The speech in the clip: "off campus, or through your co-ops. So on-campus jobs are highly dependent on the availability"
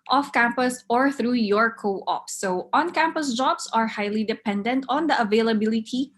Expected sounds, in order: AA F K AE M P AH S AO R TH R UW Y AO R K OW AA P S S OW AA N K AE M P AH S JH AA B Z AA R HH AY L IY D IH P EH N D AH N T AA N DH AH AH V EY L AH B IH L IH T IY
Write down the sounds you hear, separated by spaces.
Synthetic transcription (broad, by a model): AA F K AE M P AH S AO R TH R UW Y AO R K OW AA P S S OW AA N K AE M P AH S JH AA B S AA R HH AY L IY D IH P EH N D AH N T AA N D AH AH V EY L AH B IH L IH T IY